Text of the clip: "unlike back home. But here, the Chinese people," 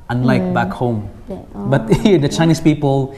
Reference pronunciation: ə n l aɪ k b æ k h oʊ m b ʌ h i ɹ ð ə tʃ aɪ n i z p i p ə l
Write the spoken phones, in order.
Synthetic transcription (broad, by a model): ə n l aɪ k b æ k h oʊ m b ʌ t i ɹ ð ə tʃ aɪ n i s p i p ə l